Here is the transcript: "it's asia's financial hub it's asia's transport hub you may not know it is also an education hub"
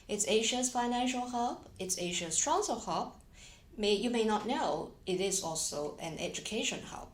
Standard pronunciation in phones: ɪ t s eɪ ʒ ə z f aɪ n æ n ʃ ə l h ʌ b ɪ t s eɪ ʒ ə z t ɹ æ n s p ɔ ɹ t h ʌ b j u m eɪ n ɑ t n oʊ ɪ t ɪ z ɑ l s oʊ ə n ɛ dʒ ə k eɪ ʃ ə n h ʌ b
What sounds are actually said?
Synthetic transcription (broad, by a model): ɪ t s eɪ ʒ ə s f aɪ n æ n ʃ ə l h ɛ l ɪ t s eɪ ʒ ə s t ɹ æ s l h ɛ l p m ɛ j u m eɪ n ɑ t n oʊ ɪ t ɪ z ɑ l s oʊ ə n ɛ dʒ ə k eɪ ʃ ə n h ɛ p